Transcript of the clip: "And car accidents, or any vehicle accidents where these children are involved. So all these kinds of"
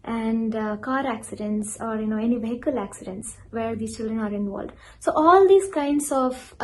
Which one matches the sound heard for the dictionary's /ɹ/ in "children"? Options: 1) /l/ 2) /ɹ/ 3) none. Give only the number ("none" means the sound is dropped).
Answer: 2